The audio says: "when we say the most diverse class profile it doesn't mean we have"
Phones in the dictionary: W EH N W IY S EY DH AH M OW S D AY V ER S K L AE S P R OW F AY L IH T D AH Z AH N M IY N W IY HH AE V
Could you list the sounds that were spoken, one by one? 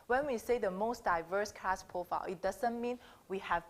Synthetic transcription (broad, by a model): W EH N W IY S EY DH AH M OW S D AY V ER S K AE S P R OW F AY L IH T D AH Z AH N M IY N W IY HH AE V